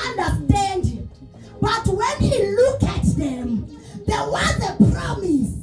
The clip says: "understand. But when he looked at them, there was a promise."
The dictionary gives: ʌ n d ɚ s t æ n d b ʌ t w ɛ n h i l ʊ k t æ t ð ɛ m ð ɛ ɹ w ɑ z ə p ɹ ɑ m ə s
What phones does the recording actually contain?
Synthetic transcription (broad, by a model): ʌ n d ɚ s t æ n d b ʌ t w ɛ n h i l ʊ k æ t ð ɛ m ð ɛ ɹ w ɑ z ə p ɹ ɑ m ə s